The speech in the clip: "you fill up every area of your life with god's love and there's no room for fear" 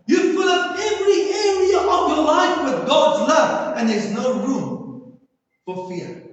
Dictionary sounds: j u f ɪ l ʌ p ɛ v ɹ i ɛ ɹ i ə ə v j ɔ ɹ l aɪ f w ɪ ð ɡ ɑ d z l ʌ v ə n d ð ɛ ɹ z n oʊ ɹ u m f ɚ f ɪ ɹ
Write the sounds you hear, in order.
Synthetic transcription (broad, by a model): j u p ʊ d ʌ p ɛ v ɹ i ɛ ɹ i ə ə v j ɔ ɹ l aɪ f w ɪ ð ɡ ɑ d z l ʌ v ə n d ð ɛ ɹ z n oʊ ɹ u m f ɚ f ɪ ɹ